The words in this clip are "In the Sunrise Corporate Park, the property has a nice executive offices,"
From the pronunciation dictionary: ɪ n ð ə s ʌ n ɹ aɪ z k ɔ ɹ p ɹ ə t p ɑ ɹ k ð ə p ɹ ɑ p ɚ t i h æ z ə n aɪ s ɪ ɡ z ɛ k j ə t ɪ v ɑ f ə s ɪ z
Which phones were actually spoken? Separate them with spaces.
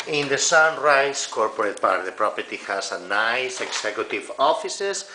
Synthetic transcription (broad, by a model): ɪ n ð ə s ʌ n ɹ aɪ s k ɔ ɹ p ɹ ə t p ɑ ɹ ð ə p ɹ ɑ p ɚ t i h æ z ə n aɪ s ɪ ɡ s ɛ k j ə t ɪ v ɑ f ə s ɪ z